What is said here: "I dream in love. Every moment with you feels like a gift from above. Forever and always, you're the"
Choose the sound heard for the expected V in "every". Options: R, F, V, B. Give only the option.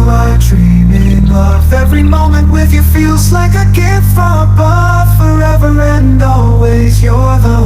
V